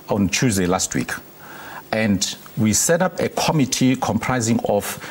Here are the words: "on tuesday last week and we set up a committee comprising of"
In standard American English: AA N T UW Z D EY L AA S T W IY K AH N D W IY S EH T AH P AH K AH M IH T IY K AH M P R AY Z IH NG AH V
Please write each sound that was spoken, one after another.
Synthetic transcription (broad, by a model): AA N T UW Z D EY L AA S T W IY K AH N D W IY S EH T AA P AH K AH M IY T IY K AH M P R AY Z IH NG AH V